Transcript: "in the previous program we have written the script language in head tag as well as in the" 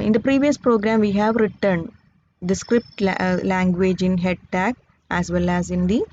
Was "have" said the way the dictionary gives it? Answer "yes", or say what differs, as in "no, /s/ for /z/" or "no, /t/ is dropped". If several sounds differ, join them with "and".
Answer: yes